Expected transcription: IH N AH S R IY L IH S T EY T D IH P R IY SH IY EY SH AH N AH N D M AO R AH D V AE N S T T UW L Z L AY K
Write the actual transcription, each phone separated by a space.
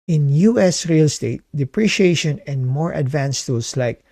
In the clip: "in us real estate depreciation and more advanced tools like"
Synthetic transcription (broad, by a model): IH N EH S R IY L S T EY T D IH P R IY SH IY EY SH AH N AH N D M AO R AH D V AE N S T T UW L S L AY K